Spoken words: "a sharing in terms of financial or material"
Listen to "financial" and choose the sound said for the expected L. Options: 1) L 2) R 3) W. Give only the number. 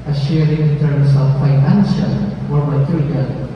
3